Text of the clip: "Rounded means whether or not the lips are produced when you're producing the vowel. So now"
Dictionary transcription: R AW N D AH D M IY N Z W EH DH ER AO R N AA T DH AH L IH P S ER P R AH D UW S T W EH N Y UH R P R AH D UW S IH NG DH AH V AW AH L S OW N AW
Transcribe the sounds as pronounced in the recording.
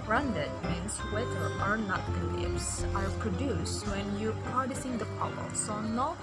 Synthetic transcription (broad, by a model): R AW N D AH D M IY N S W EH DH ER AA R N AA T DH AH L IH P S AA P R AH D UW S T W EH N Y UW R P R AH D UW S IH NG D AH P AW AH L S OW N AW